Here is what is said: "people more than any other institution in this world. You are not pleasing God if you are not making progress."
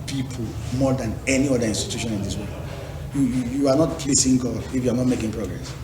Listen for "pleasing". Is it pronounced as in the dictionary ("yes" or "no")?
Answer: no